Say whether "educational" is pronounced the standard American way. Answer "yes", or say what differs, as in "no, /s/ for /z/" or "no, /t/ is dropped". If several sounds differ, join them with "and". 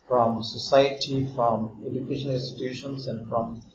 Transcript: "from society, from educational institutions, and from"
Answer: no, /n/ is dropped and /n/ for /l/